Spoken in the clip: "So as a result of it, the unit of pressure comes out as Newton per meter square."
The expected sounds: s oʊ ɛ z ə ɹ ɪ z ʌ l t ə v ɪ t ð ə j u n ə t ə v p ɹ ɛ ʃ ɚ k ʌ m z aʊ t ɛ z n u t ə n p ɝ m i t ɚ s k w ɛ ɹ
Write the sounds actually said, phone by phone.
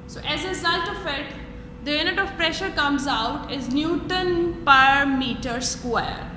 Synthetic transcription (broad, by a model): s oʊ ɛ z ə ɹ ɪ z ʌ l t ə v ɪ t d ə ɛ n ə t ə v p ɹ ɛ ʃ ɚ k ʌ m z aʊ t ɛ z n u t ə n p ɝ m i t ɚ s k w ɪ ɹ